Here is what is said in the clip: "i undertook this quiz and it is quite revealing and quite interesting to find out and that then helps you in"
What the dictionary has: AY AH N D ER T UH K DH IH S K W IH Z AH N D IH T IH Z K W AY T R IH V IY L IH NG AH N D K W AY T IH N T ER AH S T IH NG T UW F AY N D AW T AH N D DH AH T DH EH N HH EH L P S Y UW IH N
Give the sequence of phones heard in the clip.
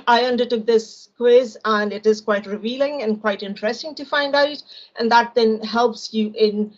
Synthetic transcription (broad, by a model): AY AH N D ER T UH K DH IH S K W IH Z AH N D IH T IH Z K W AY T R IH V IY L IH NG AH N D K W AY T IH N T ER AH S T IH NG T UW F AY N D AW T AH N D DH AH T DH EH N HH EH L P S Y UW IH N